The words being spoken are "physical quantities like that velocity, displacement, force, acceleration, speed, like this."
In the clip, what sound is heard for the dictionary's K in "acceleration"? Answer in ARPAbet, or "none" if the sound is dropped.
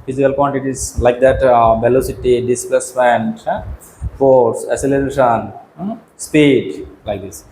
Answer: none